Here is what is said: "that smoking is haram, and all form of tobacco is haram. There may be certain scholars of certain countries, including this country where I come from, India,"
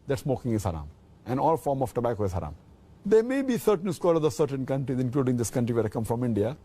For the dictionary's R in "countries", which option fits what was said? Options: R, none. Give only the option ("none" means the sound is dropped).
R